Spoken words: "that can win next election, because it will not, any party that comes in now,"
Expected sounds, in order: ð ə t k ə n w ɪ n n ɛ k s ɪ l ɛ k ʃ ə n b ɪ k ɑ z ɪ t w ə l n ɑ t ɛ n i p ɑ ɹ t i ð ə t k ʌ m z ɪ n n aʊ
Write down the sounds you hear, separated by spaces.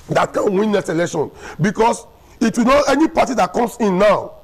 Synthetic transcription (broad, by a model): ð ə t k ə n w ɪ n n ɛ s ɪ l ɛ k ʃ ə n b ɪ k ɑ s ɪ t w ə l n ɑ ɛ n i p ɑ t i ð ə t k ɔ m s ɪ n n aʊ